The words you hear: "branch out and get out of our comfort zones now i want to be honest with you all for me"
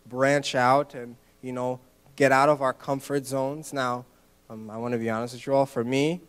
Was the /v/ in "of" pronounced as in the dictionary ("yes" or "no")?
yes